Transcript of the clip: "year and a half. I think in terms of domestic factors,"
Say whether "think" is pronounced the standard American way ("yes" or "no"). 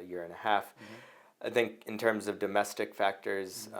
yes